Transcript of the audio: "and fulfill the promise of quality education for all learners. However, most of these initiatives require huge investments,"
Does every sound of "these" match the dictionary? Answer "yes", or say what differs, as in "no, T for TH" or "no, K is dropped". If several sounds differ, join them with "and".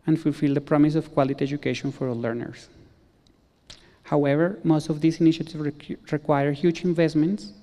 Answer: no, S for Z